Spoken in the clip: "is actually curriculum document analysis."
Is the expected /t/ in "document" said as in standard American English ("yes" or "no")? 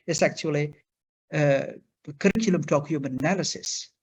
no